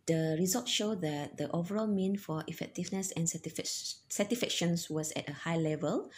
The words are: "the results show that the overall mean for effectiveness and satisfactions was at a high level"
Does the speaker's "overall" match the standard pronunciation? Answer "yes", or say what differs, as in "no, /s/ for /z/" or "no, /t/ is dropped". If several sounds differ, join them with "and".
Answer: yes